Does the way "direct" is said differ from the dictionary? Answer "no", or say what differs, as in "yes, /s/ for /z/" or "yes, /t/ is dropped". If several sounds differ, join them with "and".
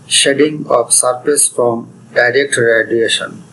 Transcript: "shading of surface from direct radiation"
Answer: no